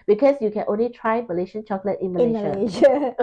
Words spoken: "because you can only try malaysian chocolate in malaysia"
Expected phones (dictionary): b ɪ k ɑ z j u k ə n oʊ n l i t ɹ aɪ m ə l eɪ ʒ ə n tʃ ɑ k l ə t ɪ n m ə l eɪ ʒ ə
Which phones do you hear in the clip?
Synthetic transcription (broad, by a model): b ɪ k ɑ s j u k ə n oʊ n l i t ɹ aɪ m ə l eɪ ʃ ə n tʃ ɑ k l ə t ɪ n m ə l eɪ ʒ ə